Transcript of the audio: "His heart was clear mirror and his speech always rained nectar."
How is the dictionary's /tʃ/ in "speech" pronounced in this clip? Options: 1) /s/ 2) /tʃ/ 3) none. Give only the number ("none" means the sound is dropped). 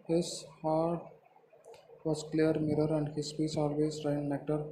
1